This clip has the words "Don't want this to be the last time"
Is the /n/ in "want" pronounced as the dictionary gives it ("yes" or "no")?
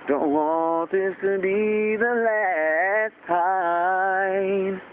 no